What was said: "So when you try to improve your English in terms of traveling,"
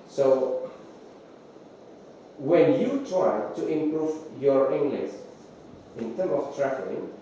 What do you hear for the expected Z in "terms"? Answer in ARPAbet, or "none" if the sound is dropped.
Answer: none